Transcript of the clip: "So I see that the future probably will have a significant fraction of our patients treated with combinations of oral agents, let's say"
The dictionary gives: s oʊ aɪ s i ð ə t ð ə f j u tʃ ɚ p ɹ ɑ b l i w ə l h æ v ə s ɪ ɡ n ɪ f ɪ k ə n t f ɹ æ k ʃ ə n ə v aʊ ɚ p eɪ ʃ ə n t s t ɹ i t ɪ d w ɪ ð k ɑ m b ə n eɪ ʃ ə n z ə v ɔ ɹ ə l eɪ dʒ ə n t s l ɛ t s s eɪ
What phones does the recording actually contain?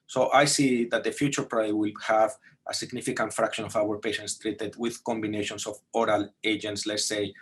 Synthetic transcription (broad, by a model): s oʊ aɪ s i ð ə t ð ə f j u tʃ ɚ p ɹ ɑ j w ə l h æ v ə s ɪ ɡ n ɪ f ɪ k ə n t f ɹ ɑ k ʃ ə n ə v aʊ ɚ p eɪ ʃ ə n t s t ɹ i t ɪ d w ɪ ð k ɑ m b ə n eɪ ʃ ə n s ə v ɔ ɹ ə l eɪ dʒ ə n t s l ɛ t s s eɪ